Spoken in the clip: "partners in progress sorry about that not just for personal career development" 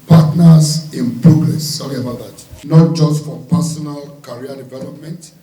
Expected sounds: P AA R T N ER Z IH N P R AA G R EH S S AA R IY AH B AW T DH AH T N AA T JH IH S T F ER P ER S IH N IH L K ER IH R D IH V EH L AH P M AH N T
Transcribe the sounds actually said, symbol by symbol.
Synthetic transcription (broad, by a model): P AA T N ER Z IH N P R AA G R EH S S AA L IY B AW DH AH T N AA T JH IH S T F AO P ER S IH N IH L K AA R D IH V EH L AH P M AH N T